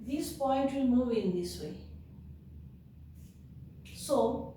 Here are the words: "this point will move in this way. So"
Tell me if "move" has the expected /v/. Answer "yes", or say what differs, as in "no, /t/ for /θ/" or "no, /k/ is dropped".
no, /v/ is dropped